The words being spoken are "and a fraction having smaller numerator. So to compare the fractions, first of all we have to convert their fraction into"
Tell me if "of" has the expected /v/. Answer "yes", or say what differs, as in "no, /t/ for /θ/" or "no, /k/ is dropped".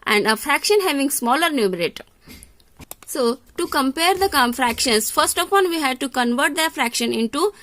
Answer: no, /p/ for /v/